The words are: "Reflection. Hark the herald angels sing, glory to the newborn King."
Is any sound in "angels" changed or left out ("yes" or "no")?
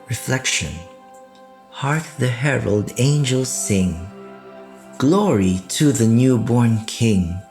no